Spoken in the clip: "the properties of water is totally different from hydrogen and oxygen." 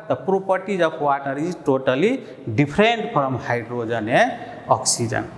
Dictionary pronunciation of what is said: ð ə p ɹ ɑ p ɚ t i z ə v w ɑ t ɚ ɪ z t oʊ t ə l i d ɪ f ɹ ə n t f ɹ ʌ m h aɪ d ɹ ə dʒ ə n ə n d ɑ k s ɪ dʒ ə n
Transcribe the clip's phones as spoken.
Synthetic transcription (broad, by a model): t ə p ɹ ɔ p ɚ t i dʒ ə b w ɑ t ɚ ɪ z t oʊ t ə l i d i p ɹ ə n t p ɹ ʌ m h aɪ d ɹ ə dʒ ə n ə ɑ k s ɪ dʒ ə n